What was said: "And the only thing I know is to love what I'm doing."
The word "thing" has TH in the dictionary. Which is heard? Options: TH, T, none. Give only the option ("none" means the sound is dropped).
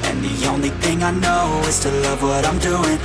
TH